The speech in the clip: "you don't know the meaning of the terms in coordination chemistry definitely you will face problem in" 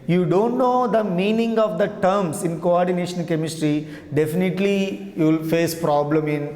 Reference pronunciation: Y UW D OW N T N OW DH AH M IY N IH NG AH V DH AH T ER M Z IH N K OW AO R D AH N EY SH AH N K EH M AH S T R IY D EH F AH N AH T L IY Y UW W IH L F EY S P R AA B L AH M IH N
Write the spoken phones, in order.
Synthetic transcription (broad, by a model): Y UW D OW N T N OW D AH M IY N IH NG AH V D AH T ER M S IH N K OW AO R D AH N EY SH AH N K EH M AH S T R IY D EH F AH N AH T L IY Y UW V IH L F EY S P R AA B L AH M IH N